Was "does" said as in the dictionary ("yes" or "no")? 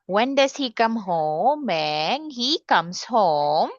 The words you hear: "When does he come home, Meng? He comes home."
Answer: no